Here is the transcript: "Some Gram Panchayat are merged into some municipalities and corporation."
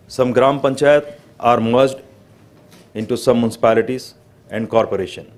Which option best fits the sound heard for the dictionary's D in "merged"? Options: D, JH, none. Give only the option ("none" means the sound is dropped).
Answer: D